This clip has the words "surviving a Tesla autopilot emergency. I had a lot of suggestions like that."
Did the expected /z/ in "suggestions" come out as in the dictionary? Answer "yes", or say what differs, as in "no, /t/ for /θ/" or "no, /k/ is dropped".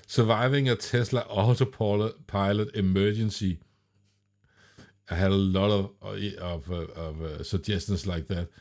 no, /s/ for /z/